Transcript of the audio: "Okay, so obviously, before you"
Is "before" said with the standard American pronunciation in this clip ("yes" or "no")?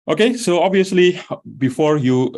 yes